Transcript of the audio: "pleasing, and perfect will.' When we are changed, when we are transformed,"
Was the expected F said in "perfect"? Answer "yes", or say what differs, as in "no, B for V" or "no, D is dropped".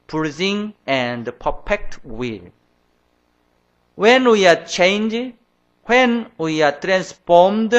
no, P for F